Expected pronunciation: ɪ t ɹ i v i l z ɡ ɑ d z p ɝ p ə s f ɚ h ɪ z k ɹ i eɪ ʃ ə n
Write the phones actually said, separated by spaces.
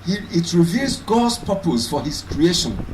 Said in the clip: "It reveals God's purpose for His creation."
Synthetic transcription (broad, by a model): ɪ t ɹ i v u z ɡ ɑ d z p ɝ p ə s f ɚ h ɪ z k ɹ i eɪ ʃ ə n